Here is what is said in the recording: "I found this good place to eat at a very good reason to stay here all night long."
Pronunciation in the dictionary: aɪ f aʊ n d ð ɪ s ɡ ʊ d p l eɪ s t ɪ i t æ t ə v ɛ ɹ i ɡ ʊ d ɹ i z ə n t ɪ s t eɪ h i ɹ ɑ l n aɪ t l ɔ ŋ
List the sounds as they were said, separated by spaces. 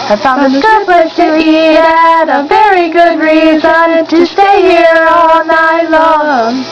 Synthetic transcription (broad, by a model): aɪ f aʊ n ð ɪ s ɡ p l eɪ t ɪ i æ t ə v ɛ ɹ i ɡ ʊ d ɹ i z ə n t ɪ s t eɪ h i ɹ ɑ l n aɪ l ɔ